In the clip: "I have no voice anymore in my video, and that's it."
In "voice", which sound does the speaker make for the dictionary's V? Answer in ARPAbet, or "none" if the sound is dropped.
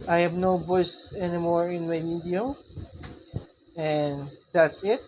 B